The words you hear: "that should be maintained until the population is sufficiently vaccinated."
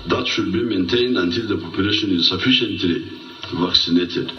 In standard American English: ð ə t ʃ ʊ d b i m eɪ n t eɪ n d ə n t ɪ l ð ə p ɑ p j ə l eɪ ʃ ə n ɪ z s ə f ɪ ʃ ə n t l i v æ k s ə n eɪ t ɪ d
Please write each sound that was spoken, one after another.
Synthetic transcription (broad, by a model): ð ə t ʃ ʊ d b i m eɪ n t eɪ n d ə n t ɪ l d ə p ɑ p j ə l eɪ ʃ ə n ɪ z s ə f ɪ ʃ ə n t l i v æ k s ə n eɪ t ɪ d